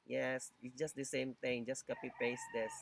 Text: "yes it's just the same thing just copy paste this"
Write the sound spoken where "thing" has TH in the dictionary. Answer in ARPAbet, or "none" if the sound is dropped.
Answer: T